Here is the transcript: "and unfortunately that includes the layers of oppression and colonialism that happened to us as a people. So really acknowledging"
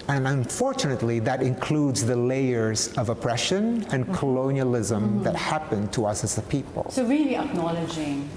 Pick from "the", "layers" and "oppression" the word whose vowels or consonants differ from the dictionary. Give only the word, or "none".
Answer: none